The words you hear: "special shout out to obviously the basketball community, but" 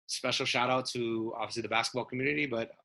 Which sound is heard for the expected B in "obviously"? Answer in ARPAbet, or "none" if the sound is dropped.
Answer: none